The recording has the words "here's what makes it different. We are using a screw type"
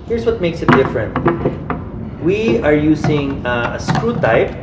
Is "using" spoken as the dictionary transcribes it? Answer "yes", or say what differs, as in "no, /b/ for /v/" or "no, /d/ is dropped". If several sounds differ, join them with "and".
no, /s/ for /z/